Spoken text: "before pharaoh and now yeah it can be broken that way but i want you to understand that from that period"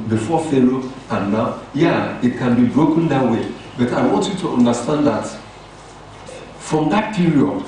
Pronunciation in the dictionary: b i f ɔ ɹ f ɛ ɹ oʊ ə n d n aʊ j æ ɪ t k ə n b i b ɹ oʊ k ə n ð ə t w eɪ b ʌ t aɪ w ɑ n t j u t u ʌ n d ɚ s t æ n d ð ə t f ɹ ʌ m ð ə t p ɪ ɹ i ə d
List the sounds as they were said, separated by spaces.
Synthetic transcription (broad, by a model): b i f ɔ f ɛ l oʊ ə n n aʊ j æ ɪ t k ə n b i b ɹ oʊ k ə n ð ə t w eɪ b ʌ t aɪ w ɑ n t j u t u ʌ n d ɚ s t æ n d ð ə t f ɹ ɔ m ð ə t p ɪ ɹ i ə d